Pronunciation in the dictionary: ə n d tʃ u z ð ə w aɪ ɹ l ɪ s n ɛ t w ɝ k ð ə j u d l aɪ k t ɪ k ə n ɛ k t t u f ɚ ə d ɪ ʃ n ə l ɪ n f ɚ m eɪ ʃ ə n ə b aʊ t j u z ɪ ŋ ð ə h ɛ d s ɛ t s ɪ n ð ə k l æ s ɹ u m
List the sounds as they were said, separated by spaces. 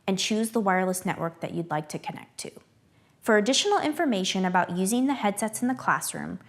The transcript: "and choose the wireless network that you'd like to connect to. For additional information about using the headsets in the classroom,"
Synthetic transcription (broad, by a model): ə n tʃ u z ð ə w aɪ ɹ l ɪ s n ɛ t w ɝ k ð ə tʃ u d l aɪ k t ɪ k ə n ɛ k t t u f ɚ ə d ɪ ʃ n l ɪ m f ɚ m eɪ ʃ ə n ə b aʊ t j u z ɪ ŋ ð ə h ɛ d s ɛ t s n ð ə k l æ s ɹ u m